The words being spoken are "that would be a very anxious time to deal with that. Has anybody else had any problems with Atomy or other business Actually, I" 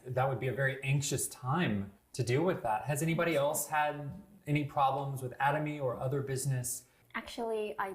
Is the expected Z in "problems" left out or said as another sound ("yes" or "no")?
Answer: no